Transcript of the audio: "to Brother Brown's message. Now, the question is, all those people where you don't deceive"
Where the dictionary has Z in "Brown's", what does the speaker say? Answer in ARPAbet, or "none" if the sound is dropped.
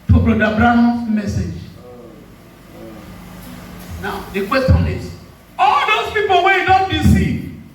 none